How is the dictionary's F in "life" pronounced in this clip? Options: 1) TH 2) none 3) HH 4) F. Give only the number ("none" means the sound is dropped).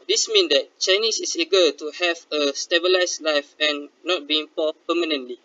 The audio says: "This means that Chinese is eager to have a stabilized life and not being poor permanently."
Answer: 4